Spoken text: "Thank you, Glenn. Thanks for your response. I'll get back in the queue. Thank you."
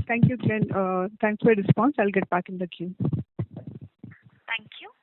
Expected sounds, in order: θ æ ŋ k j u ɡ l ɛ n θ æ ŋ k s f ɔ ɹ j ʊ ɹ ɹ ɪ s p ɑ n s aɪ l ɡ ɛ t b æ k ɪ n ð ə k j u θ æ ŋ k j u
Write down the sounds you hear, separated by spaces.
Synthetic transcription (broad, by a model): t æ ŋ k j u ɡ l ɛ n t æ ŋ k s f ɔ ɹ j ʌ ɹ ɹ ɪ s p ɑ n s aɪ l ɡ ɛ t b æ k ɪ n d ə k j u t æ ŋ k j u